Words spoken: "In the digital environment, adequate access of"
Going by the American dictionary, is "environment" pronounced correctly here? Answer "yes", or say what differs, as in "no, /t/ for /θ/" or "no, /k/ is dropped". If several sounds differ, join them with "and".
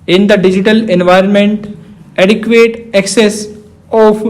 yes